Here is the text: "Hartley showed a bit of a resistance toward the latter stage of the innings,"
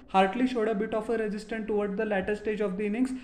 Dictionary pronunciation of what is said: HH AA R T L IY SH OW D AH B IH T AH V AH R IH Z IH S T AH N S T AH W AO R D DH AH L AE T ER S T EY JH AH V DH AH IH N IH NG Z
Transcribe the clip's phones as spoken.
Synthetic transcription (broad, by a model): HH AA R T L IY SH OW D AH B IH T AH F AH R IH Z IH S T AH N T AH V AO R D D AH L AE T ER S T EY JH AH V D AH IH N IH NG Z